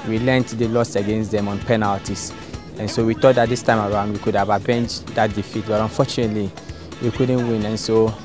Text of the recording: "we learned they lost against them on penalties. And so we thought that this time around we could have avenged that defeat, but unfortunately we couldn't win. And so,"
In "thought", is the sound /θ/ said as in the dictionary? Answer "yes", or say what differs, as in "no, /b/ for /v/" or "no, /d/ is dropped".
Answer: no, /t/ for /θ/